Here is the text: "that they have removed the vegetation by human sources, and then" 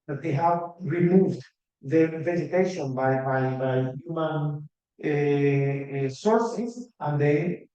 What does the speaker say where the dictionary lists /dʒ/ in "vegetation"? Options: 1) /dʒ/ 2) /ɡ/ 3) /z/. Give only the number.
3